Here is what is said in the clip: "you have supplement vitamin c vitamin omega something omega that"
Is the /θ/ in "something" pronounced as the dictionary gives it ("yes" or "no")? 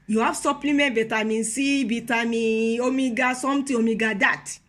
no